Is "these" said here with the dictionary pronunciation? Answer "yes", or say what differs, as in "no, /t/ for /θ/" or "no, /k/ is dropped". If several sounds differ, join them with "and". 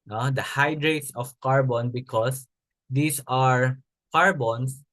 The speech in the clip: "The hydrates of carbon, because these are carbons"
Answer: no, /s/ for /z/